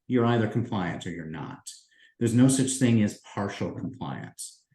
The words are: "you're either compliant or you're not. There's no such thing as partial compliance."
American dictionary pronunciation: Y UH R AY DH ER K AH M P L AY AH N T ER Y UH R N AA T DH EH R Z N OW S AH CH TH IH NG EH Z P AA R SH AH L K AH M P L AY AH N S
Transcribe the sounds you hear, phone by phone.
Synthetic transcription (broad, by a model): Y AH R AY DH ER K M P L AY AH N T ER Y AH R N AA T DH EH R Z N OW S AH CH TH IH NG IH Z P AA R SH L K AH M P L AY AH N S